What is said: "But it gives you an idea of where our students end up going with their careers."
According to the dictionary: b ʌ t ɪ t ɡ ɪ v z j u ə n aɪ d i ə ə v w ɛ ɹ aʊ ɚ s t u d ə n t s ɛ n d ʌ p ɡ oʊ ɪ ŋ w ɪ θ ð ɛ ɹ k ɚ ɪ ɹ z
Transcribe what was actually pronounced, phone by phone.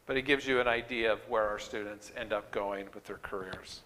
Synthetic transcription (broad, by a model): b ʌ t ɪ t ɡ ɪ v z j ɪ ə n aɪ d i ə ə v w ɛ ɹ aʊ ɚ s t u d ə n t s ɛ n d ʌ p ɡ oʊ ɪ ŋ w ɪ ð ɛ ɹ k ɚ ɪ ɹ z